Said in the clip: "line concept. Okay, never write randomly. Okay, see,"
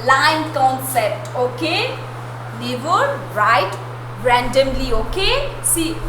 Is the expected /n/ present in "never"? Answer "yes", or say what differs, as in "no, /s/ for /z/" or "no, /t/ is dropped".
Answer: no, /l/ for /n/